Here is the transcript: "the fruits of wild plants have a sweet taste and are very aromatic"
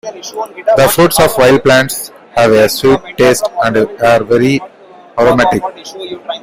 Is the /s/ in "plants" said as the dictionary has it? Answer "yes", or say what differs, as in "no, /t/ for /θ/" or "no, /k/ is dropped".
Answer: yes